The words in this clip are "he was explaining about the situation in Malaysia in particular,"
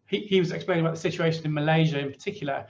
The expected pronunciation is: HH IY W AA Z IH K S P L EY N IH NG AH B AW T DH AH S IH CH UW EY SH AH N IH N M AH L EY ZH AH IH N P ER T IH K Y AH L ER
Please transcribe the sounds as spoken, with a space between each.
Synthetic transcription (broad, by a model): HH IY W AA Z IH K S P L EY IH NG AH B AW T DH AH S IH CH UW EY SH AH N IH N M AH L EY ZH AH IH N P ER T IH K Y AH L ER